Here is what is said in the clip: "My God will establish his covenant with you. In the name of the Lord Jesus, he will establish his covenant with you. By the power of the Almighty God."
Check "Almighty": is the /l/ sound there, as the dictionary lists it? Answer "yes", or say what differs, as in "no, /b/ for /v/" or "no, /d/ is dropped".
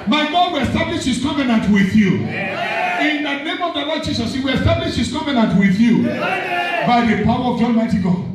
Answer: no, /n/ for /l/